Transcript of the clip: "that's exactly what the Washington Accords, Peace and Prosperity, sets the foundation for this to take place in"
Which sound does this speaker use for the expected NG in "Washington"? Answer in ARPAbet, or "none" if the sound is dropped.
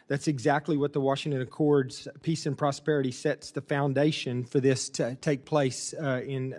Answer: NG